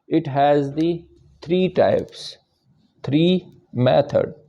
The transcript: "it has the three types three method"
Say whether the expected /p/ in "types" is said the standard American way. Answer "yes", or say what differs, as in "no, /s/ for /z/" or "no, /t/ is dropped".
yes